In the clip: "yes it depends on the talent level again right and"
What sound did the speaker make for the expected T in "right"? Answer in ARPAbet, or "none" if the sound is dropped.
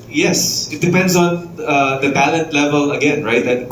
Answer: T